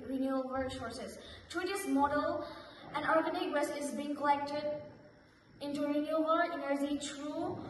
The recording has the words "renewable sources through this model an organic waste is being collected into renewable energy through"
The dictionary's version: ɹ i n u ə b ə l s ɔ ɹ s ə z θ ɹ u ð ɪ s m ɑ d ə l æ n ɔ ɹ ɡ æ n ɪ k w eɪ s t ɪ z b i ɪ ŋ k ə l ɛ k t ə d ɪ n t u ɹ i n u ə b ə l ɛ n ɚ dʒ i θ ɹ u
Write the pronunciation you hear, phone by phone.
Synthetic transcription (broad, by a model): ɹ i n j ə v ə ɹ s ɔ ɹ s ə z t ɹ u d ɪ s m ɑ d ə l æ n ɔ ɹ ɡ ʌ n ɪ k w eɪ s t ɪ z b i ɪ ŋ k ə l ɛ k t ə d ɪ n t u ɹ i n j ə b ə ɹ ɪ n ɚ z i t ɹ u